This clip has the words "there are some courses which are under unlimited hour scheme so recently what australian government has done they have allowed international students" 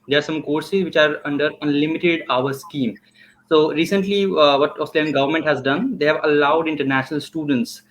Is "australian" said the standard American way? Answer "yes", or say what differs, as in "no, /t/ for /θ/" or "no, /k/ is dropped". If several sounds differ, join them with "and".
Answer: no, /l/ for /ɹ/